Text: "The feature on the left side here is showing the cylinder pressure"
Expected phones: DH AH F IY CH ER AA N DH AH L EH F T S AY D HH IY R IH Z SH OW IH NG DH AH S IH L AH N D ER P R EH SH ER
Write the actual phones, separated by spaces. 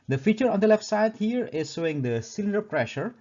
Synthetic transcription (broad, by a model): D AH F IY CH ER AA N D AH L EH F T S AY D HH IY R IH Z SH OW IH NG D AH S IH L AH N D ER P R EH SH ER